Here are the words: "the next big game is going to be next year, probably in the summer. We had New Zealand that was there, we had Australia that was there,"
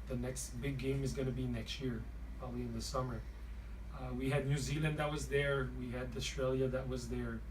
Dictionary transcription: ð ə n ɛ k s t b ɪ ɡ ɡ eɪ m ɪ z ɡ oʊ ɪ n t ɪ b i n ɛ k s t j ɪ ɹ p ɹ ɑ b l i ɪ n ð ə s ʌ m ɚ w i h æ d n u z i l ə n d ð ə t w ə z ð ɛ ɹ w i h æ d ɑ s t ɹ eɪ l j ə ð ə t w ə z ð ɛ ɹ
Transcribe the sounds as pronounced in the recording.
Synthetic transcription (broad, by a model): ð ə n ɛ k s t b ɪ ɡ ɡ eɪ m ɪ z ɡ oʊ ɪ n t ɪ b i n ɛ k s t j ɪ ɹ p ɹ ɑ b l i ɪ n ð ə s ʌ m ɚ w i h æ d n u z i l ə n d ð ə t w ə z ð ɛ ɹ w i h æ d ɑ s t ɹ eɪ l j ə ð ə t w ə z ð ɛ ɹ